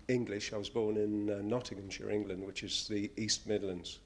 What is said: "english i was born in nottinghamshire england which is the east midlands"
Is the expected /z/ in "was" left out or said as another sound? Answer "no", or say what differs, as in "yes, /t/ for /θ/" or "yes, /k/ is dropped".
no